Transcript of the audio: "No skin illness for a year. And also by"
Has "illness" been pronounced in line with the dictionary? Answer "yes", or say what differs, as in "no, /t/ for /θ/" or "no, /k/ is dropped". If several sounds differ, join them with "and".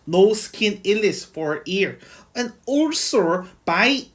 no, /n/ is dropped